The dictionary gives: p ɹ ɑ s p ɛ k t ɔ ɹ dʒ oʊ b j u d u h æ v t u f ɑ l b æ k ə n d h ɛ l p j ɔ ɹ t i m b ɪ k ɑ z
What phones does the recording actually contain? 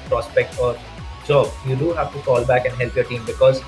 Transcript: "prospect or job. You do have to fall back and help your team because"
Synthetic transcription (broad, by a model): p ɹ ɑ s p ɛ k t ɔ ɹ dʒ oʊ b j u d u h æ v t u f ɑ l b æ k ə n d h ɛ l p j ɔ ɹ t i m b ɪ k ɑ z